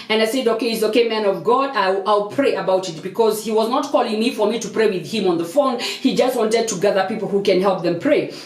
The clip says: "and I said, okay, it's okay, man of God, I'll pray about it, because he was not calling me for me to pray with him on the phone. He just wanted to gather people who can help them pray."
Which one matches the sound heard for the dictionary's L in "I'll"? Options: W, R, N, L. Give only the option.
L